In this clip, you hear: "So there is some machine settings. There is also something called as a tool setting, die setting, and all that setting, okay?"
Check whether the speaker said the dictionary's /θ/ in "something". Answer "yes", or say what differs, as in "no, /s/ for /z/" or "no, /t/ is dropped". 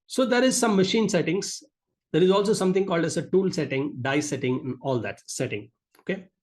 no, /t/ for /θ/